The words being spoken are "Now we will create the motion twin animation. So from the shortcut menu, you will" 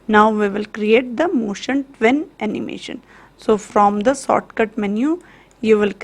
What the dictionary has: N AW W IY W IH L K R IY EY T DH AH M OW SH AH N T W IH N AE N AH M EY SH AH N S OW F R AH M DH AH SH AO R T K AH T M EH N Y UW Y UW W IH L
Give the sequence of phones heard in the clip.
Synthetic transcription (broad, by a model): N AW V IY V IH L K R IY EY T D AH M OW SH AH N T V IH N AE N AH M EY SH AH N S OW F R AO M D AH S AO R T K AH T M EH N Y UW Y UW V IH L